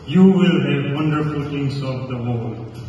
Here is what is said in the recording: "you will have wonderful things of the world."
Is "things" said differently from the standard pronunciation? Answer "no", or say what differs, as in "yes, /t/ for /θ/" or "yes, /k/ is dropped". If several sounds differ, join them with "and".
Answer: yes, /t/ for /θ/